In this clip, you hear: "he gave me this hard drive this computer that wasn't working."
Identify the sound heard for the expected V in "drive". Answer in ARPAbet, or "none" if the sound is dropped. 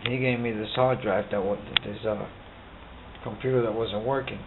W